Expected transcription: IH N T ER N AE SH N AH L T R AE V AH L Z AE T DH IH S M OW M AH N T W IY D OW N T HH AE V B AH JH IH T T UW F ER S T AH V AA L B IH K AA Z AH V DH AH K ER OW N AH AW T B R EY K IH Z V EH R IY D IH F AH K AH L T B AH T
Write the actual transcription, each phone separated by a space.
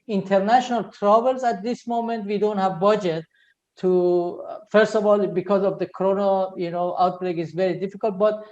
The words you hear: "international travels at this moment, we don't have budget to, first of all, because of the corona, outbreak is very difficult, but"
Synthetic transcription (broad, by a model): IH N T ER N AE SH N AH L T R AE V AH L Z AE T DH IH S M OW M AH N T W IY D OW N T HH AE V B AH JH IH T T UW F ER S T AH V AA L B IH K AA Z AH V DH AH K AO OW N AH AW T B R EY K IH Z V EH R IY D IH F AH K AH L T B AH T